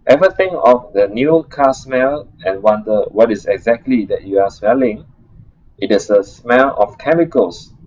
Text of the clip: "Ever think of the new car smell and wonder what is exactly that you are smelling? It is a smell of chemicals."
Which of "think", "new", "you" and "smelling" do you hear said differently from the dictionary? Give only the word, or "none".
think